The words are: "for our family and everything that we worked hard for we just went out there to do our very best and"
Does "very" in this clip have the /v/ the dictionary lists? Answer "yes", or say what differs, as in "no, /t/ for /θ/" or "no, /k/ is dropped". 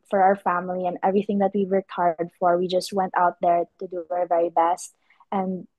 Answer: yes